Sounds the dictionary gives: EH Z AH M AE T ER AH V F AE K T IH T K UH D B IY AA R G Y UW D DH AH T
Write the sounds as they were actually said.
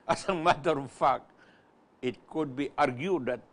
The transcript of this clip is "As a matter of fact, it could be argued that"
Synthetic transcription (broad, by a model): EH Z AH M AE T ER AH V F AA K IH T K UH D B IY AA R G Y UW D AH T